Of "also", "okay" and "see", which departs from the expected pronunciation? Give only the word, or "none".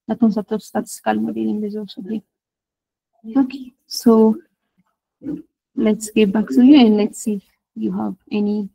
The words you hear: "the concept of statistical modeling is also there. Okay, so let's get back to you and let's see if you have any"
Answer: also